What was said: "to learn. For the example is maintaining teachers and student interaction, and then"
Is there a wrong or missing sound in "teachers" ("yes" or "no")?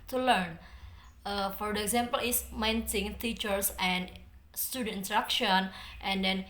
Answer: yes